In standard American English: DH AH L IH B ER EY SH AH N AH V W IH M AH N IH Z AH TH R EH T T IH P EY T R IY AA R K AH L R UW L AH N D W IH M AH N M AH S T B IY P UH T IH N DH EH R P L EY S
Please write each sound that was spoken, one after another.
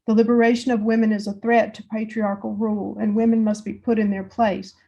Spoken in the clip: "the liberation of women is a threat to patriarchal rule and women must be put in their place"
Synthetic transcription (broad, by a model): DH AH L IH B ER EY SH AH N AH V W IH M AH N IH Z AH TH R EH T T IH P EY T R IY AA R K L R UW L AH N W IH M AH N M AH S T B IY P UH T IH N DH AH R P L EY S